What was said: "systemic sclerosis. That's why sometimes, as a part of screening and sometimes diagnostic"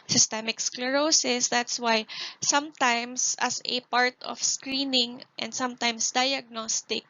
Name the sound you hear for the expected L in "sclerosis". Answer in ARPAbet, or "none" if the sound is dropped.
L